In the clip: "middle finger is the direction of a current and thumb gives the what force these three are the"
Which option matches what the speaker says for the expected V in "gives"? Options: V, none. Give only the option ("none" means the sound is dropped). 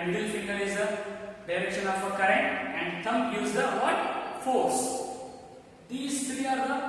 none